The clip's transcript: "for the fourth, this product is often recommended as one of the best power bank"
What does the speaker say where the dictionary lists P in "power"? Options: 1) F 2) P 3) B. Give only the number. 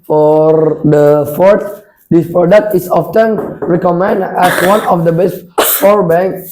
1